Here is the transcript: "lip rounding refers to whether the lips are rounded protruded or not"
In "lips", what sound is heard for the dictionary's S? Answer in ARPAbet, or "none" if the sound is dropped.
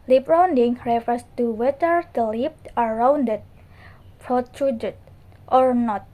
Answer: none